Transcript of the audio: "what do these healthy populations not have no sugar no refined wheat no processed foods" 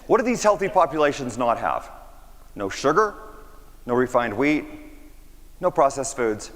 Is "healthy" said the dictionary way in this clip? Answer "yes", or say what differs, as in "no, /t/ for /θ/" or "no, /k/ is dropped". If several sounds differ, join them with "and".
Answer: yes